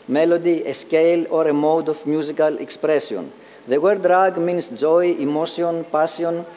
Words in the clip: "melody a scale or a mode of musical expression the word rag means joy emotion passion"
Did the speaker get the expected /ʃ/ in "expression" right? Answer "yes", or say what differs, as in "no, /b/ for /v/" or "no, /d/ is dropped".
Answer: no, /s/ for /ʃ/